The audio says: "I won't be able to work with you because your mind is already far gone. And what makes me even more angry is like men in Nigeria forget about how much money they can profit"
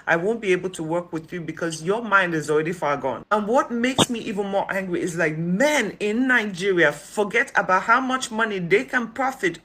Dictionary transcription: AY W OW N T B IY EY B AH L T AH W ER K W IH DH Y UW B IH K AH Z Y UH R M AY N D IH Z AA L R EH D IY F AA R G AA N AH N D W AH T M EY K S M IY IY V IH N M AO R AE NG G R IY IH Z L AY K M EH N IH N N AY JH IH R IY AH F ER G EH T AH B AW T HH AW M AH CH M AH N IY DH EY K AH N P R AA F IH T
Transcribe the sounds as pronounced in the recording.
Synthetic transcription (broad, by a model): AY W OW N B IY EY B AH L T AH W ER K W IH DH Y UW B IH K AH Z Y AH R M AY N D IH Z AA L R EH D IY F AA R G AA N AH N W AH T M EY K S M IY IY V IH N M AO R AE NG G R IY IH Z L AY K M EH N IH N N AY JH IH R IY AH F ER G EH T AH B AW T HH AW M AH CH M AH N IY DH EY K AH N P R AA F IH T